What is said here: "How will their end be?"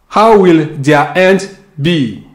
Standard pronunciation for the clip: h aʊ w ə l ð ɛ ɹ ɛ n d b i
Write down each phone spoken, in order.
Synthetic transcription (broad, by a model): h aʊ w ə l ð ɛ ɛ n d b i